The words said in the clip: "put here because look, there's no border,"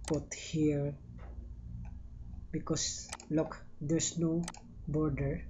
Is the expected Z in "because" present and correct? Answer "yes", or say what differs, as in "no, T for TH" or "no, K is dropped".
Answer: no, S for Z